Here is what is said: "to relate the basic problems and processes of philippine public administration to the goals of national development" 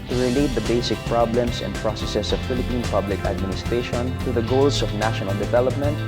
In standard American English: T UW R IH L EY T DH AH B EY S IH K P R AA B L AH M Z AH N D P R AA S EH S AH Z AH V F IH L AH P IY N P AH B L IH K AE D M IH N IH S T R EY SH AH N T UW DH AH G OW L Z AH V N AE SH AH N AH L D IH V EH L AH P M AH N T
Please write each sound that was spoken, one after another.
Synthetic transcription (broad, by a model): T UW R IH L EY T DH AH B EY S IH K P R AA B L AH M S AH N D P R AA S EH S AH S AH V F IH L AH P IY N P AH B L IH K AE D M IH N IH S T R EY SH AH N T UW DH AH G OW L S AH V N AE SH AH N AH L D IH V EH L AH P M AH N T